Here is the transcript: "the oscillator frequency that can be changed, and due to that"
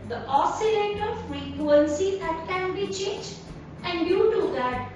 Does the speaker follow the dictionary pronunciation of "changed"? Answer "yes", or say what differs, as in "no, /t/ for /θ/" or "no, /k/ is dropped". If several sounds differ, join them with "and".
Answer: no, /n/ is dropped and /d/ is dropped